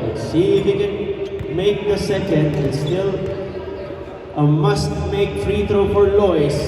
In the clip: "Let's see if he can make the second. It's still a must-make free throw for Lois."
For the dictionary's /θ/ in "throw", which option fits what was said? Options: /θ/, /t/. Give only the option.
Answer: /t/